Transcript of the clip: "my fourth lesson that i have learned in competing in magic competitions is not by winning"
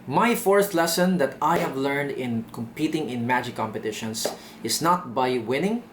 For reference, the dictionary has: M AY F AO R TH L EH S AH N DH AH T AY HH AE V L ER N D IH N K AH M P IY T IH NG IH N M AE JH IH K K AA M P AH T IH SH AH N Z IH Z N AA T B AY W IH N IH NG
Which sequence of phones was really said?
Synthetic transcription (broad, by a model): M AY F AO R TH L EH S AH N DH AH T AY HH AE V L ER N D IH N K AH M P IY T IH NG IH N M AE JH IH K K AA M P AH T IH SH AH N S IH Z N AA T B AY W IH N IH NG